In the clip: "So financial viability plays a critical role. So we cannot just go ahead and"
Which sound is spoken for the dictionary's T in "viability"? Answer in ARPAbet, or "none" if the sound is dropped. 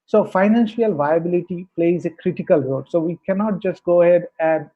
T